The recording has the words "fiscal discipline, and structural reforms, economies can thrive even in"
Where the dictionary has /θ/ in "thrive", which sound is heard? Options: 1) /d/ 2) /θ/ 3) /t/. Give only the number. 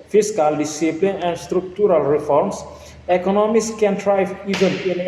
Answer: 3